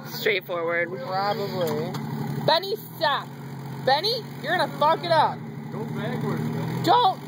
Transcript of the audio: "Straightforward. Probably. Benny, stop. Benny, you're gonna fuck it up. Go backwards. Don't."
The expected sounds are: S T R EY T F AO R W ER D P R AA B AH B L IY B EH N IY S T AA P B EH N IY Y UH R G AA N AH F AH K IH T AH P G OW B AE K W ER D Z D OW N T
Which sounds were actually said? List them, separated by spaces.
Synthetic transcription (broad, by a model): S T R EY T F AO R W ER D P R AA B AH B L IY B EH N IY S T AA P B EH N IY Y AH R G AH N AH F AH K IH T AH P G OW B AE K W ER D D OW N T